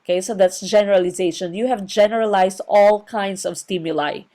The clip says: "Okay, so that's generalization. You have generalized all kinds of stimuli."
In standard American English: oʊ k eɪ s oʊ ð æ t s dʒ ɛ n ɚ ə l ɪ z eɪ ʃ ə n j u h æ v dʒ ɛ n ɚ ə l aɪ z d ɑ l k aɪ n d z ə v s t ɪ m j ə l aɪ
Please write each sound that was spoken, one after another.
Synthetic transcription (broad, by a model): k eɪ s oʊ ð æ t s dʒ ɛ n ɚ ə l ɪ z eɪ ʃ ə n j u h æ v dʒ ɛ n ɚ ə l aɪ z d ɑ l k aɪ n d s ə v s t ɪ m j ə l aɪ